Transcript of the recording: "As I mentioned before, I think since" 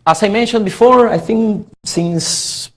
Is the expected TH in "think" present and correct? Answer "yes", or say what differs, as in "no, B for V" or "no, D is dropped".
yes